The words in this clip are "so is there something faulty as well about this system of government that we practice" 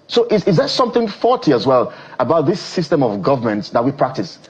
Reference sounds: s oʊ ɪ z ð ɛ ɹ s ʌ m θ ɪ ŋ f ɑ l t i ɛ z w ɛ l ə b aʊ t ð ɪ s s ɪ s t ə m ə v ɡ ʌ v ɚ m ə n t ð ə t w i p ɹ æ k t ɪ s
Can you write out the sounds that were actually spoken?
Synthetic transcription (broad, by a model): s oʊ ɪ z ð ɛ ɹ s ʌ m θ ɪ ŋ f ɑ t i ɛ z w ɛ l ə b aʊ t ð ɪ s s ɪ s t ə m ə v ɡ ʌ v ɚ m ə n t ð ə t w i p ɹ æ k t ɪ s